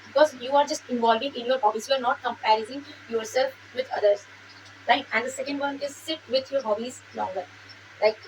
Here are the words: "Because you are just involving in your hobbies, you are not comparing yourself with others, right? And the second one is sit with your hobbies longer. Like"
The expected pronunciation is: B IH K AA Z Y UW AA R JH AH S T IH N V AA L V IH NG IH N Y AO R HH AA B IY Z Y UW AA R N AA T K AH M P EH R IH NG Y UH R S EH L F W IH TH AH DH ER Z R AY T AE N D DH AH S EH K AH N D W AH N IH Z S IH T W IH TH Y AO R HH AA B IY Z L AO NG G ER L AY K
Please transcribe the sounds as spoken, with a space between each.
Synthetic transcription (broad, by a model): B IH K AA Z Y UW AA R JH AH S T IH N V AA L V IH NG IH N Y AO R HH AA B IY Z Y UW AA R N AA T K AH M P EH R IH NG Y UH R S EH L F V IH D AH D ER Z L AY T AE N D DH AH S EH K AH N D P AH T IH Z S IH T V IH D Y AO R HH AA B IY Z L AO NG G ER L AY K